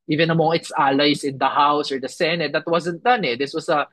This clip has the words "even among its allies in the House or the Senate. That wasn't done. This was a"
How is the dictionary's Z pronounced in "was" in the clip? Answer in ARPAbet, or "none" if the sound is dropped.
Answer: S